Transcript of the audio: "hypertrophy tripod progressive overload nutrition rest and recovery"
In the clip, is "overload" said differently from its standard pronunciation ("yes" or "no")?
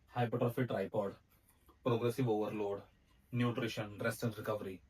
no